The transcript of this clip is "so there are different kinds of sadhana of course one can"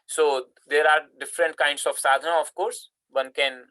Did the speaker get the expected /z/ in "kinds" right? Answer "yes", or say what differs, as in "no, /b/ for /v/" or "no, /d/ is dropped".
no, /s/ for /z/